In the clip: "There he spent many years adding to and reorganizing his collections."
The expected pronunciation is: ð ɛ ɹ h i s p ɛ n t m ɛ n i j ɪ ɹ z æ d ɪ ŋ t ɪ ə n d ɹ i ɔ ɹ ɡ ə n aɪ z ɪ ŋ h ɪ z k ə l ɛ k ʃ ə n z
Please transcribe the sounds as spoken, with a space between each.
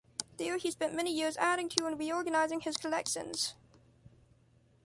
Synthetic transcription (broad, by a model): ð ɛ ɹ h i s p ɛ n m ɛ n i j ɪ ɹ z æ d ɪ ŋ t ɪ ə n ɹ i ɔ ɹ ɡ ə n aɪ z ɪ ŋ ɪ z k ə l ɛ k ʃ ə n z